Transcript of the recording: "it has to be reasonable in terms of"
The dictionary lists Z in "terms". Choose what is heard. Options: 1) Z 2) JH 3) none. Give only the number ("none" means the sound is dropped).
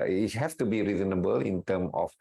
3